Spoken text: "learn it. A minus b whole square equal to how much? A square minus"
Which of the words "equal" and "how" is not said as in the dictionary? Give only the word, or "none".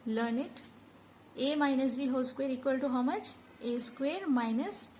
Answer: none